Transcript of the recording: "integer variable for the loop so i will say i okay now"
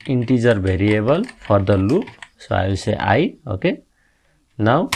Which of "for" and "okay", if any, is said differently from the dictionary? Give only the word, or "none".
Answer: for